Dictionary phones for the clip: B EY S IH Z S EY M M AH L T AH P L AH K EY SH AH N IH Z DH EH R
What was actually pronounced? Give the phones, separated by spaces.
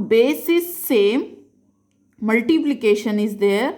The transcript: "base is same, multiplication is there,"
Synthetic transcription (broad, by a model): B EY S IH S EY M M AH L T AH P L AH K EY SH AH N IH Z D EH R